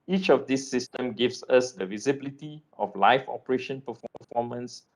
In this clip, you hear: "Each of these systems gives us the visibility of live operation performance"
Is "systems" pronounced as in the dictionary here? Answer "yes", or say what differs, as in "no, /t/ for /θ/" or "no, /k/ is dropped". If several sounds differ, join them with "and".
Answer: no, /z/ is dropped